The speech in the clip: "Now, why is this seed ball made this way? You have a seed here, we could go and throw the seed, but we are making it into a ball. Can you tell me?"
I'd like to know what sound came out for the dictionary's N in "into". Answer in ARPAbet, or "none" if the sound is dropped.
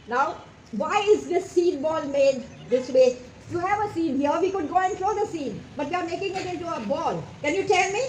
none